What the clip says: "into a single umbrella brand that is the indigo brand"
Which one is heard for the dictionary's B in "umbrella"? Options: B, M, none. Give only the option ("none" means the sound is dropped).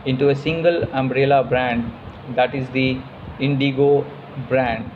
B